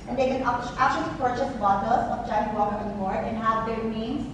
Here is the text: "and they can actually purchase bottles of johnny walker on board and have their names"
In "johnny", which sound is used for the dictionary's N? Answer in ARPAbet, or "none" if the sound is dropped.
none